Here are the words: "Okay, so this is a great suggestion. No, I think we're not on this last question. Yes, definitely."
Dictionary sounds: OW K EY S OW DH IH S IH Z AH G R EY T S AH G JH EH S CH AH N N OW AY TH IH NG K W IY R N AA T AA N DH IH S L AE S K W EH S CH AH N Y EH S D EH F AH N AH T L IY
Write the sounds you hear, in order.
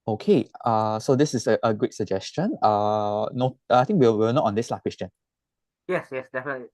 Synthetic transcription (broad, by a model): OW K EY S OW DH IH S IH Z AH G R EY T S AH JH EH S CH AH N N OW AY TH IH NG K W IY W N AA T AA N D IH S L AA K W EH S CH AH N Y EH S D EH F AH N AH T L IY